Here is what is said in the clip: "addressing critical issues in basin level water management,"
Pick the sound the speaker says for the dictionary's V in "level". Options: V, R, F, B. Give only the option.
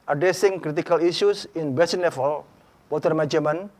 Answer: F